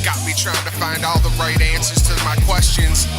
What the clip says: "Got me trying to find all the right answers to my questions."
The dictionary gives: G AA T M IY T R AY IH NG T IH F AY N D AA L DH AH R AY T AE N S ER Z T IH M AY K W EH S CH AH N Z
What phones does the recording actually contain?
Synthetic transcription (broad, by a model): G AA T M IY T R AY IH NG T IH F AY N D AA L DH AH R AY T AE N S ER Z T IH M AY K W EH S CH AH N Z